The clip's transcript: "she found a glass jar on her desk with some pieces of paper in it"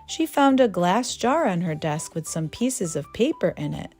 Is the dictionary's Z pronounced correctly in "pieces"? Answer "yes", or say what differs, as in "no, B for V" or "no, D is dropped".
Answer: yes